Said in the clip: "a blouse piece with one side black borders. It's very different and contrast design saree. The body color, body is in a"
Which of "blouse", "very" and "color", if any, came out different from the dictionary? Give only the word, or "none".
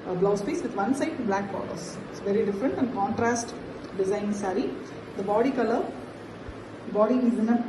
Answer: none